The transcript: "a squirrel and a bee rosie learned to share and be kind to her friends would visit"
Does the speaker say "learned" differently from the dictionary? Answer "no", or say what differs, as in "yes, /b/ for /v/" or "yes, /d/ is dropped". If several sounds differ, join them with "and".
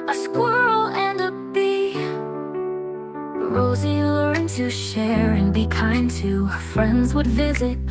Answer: yes, /n/ is dropped